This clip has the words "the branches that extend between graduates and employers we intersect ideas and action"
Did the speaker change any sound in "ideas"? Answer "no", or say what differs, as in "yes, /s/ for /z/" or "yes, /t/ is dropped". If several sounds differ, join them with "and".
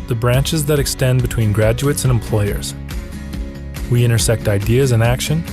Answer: no